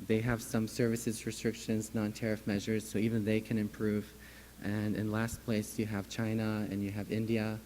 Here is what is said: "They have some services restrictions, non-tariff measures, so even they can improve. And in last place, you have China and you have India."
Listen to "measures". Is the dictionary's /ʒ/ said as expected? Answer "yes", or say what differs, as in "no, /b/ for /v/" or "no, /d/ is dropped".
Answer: yes